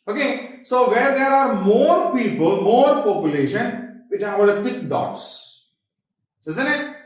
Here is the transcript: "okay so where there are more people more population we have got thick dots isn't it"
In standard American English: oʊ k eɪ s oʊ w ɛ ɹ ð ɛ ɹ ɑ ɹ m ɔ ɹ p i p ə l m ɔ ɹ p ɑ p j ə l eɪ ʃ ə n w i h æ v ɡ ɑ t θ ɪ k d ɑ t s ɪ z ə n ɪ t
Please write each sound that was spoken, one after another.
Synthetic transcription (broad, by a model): oʊ k eɪ s oʊ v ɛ ɹ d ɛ ɹ ɑ ɹ m ɔ ɹ p i p ə l m ɔ ɹ p ɑ p j ə l eɪ ʃ ə n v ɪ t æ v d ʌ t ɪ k d ɑ t s ɪ z ə n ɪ t